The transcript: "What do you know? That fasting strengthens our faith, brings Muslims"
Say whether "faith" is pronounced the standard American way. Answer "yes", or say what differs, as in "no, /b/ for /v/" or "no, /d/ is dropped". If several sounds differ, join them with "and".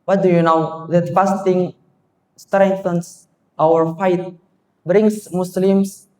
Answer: no, /t/ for /θ/